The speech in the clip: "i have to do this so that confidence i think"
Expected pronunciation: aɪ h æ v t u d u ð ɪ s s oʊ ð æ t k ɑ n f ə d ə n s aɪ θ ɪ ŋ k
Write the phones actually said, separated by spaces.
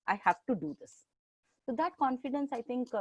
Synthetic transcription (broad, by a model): aɪ h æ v t u d u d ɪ s s oʊ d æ t k ɑ n f ə d ə n s aɪ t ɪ ŋ k